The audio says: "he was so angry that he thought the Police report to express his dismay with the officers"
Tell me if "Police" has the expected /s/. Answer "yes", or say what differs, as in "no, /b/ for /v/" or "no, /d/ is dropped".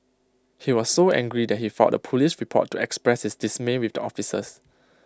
no, /ʃ/ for /s/